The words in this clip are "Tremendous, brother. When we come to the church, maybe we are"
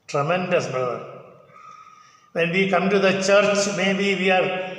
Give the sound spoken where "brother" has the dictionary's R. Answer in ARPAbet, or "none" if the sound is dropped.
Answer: none